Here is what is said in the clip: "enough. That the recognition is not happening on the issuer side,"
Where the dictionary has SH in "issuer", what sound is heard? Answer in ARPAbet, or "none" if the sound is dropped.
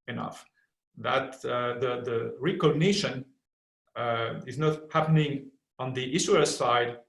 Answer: S